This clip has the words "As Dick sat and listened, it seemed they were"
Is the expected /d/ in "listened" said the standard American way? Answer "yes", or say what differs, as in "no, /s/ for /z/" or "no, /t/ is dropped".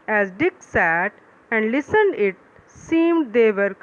yes